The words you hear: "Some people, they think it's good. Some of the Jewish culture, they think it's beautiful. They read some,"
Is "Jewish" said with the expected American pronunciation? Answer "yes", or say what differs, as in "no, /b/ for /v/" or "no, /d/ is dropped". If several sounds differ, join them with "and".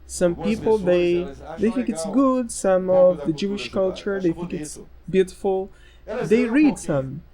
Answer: yes